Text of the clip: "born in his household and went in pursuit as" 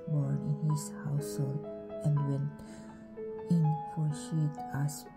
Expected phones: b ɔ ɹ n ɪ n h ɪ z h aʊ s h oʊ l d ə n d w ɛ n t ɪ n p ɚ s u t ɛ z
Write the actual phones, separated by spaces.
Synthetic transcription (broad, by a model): b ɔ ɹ n ɪ n h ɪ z h aʊ s h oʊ l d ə n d w ɛ n t ɪ n f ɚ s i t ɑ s